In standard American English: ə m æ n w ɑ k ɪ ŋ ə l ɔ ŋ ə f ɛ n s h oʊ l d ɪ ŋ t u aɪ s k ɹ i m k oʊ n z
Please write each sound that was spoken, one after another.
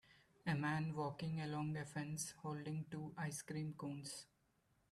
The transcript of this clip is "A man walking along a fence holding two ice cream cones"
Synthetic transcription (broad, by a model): ə m æ n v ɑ k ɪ ŋ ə l ɔ ŋ ə f ɛ n s h oʊ l d ɪ ŋ t u aɪ s k ɹ i m k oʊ n s